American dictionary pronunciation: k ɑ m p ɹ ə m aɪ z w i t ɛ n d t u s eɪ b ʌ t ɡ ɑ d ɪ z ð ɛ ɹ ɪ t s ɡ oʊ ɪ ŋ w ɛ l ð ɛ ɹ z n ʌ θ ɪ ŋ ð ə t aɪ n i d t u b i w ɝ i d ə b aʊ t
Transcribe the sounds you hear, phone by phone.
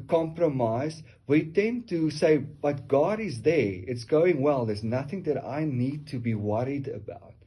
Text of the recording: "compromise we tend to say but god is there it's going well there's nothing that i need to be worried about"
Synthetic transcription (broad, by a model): k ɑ m p ɹ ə m aɪ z w i t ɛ n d t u s eɪ b ʌ t ɡ ɑ d ɪ z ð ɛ ɹ ɪ t s ɡ oʊ ɪ ŋ w ɛ l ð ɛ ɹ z n ʌ θ ɪ ŋ ð ə t aɪ n i d t u b i w ɝ i d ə b aʊ t